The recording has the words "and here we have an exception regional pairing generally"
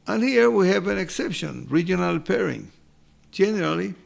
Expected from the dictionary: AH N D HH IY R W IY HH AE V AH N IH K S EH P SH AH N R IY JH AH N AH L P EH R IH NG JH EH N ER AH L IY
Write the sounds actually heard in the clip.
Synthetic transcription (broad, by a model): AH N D HH IY R W IY HH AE V AH N IH K S EH P SH AH N R IY JH AH N AH L P EH R IH NG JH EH N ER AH L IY